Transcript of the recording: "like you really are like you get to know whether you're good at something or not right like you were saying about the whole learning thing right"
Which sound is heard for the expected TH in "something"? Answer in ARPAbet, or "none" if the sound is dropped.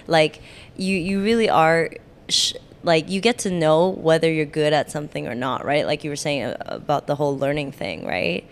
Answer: TH